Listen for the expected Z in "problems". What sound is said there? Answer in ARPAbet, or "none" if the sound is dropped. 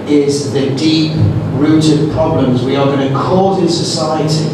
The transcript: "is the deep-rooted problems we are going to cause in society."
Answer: Z